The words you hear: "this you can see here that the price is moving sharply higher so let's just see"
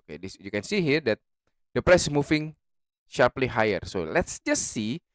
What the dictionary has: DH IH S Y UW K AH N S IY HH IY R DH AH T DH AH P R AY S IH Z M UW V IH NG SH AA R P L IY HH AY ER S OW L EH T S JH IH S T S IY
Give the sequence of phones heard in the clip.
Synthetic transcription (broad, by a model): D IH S Y UW K AH N S IY HH IY R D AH T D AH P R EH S M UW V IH NG SH AA R P L IY HH AY ER S OW L EH T S JH IH S T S IY